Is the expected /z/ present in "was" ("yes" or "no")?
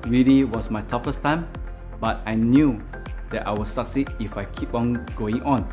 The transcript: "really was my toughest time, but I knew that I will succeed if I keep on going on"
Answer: no